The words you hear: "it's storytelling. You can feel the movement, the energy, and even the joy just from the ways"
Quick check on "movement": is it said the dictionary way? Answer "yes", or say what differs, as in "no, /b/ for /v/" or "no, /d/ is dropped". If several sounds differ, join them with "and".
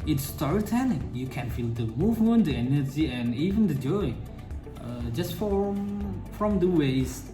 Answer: yes